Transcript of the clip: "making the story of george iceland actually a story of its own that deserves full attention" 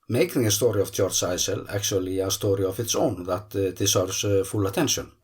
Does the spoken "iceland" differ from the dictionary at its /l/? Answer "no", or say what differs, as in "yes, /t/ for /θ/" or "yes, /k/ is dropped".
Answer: yes, /l/ is dropped